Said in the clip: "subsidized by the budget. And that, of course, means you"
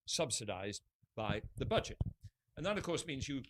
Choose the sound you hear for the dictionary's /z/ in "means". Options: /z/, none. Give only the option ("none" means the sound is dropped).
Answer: /z/